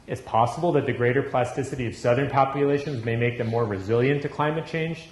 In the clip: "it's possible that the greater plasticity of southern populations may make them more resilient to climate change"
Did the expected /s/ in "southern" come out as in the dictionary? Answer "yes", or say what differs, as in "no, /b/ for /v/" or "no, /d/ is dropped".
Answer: yes